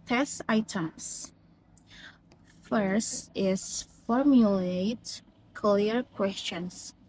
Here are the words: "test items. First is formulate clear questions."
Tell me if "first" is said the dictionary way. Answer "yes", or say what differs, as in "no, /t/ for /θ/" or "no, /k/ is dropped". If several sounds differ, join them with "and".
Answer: yes